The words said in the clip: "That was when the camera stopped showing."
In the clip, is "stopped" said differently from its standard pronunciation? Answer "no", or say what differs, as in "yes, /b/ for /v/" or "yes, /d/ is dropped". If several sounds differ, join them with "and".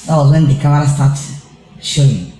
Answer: yes, /p/ is dropped